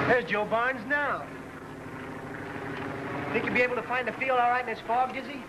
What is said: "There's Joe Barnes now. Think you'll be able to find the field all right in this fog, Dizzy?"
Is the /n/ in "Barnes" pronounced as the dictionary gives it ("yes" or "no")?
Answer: yes